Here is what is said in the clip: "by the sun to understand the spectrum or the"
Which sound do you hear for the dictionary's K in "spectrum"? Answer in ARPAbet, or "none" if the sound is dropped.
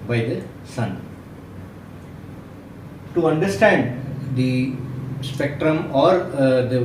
K